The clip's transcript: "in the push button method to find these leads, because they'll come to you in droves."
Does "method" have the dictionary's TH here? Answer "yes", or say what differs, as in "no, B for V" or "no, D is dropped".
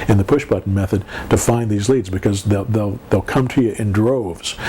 yes